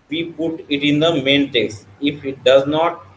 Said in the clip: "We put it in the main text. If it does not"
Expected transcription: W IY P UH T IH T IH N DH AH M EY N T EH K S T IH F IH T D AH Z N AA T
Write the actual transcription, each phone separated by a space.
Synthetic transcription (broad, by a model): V IY P UH T IH T IH N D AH M EY N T EH S IH F IH T D AH Z N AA T